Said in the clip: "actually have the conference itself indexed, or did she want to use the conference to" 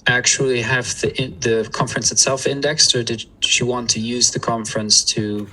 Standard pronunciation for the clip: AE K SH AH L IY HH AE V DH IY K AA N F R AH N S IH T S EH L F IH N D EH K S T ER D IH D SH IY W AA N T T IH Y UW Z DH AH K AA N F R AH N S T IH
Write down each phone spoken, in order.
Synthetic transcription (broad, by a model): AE K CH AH L IY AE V DH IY K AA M F R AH N S IH T S EH L F IH N D EH K S T ER D IH D SH IY W AA N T T IH Y UW Z DH AH K AA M F R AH N S T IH